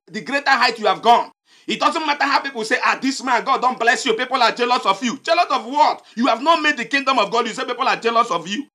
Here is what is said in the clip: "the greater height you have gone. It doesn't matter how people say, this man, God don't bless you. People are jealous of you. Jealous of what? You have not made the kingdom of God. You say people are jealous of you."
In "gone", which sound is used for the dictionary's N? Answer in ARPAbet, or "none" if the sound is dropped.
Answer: N